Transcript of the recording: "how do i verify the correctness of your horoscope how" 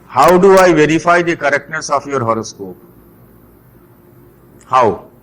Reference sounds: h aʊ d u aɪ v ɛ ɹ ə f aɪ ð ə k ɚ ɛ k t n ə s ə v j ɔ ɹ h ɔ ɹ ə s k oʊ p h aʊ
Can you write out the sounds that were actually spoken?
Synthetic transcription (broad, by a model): h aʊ d u aɪ v ɛ ɹ ə f aɪ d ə k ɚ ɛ k t ə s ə f j ɔ ɹ h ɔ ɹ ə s k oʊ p h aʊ